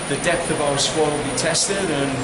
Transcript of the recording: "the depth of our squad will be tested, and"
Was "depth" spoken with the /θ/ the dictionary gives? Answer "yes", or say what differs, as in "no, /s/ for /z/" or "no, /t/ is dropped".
yes